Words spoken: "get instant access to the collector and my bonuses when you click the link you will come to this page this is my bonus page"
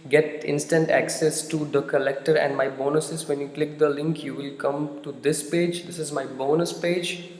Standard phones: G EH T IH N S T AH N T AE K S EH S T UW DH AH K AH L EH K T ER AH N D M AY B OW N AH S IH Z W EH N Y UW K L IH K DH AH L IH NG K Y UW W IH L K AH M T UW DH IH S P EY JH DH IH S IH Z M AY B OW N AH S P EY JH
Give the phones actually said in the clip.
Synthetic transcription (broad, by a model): G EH T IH N S T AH N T AE K S EH S T UW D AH K AH L EH K T ER AH N D M AY B OW N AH S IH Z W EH N Y UW K L IH K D AH L IH NG K Y UW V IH L K AH M T UW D IH S P EY JH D IH S IH Z M AY B OW N AH S P EY JH